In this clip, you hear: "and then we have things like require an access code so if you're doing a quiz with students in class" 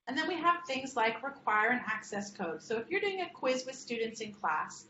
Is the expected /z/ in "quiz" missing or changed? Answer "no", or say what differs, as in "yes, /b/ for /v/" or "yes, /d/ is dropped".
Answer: no